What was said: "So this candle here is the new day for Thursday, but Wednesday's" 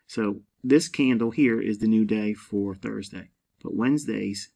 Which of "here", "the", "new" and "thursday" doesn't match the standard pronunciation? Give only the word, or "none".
none